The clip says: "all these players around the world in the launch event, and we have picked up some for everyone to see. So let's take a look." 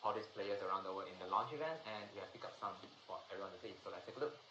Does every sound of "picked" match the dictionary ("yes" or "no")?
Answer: no